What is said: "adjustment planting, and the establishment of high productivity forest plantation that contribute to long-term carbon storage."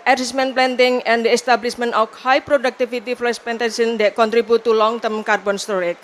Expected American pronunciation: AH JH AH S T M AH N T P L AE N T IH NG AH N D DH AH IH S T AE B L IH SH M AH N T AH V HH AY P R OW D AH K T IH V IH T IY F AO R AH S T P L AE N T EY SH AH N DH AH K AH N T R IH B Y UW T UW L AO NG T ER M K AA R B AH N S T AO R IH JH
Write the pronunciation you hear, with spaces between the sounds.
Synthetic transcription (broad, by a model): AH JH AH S M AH N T P L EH N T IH NG AH N D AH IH S T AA B L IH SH M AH N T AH F HH AY P R OW D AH K T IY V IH T IY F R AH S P EH N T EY S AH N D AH K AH N T R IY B UW T UW L AO NG T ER M K AA R B AH N S T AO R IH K